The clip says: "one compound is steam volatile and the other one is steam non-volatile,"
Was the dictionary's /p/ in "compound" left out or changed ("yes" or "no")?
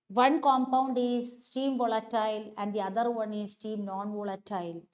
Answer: no